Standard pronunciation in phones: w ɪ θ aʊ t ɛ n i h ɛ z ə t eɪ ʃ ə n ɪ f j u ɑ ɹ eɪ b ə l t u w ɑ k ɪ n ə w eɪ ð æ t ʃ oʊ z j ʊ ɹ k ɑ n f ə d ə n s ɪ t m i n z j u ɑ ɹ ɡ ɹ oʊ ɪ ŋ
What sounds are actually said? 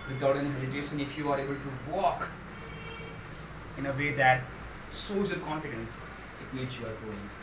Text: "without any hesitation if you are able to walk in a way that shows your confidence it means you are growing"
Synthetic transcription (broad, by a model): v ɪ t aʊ t ɛ n i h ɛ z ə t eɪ ʃ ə n ɪ f j u ɑ ɹ eɪ b ə l t u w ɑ k ɪ n ə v eɪ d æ t s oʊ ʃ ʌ l k ɑ n f ə d ə n s ɪ t m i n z j u ɑ ɹ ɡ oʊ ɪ ŋ